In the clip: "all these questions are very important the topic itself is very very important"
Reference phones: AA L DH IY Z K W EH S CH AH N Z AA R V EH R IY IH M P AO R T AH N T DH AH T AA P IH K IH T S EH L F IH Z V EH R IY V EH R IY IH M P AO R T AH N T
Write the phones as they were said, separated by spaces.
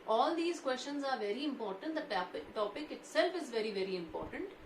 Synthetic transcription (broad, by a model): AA L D IY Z K W EH S CH AH N Z AA R V EH R IY IH M P AO R T AH N T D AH T AA P IH K IH T S EH L F IH Z V EH R IY V EH R IY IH M P AO R T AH N T